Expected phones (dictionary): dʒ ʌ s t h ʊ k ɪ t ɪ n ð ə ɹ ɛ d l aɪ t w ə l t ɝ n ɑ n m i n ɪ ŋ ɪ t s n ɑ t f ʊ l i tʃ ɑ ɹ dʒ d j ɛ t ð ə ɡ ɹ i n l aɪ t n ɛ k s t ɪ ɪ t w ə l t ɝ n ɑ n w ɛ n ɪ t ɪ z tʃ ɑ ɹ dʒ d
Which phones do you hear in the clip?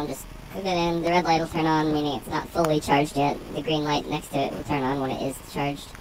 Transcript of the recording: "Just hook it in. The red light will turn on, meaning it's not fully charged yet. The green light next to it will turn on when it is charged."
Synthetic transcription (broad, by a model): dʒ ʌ s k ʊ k ɪ t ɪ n ð ə ɹ ɛ d l aɪ t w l t ɝ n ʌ n m i n ɪ ŋ ɪ t s n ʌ t f ʊ l i tʃ ɑ ɹ dʒ d j ɛ t ð ə ɡ ɹ i n l aɪ t n ɛ k s t ɪ ɪ t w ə l t ɝ n n w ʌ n ɪ t ɪ z tʃ ɑ ɹ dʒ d